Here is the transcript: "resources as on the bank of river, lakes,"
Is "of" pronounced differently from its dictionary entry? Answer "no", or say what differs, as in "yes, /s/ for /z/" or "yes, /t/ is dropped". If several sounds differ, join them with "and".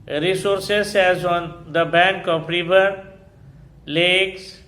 yes, /p/ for /v/